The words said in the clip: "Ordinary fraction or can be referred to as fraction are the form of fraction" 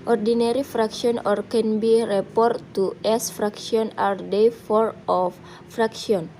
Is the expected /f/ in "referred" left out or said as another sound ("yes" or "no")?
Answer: yes